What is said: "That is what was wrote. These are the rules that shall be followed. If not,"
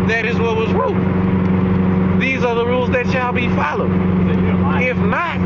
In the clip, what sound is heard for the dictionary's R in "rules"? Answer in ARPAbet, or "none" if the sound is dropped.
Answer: R